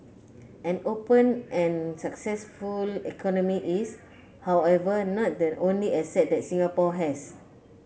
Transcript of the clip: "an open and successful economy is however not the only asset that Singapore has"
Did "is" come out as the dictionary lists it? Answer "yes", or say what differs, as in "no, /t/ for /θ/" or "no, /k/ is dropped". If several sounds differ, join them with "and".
no, /s/ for /z/